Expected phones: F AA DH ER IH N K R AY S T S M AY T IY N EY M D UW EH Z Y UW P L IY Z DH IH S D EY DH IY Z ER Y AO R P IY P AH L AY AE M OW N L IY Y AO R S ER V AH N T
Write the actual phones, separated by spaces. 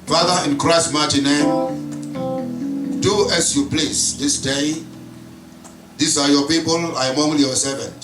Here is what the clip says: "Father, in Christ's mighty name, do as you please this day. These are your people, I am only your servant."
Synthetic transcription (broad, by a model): F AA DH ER IH N K R AY S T M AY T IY N EY M D UW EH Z Y UW P L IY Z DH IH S D EY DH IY S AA Y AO P IY P AH L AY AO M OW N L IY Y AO S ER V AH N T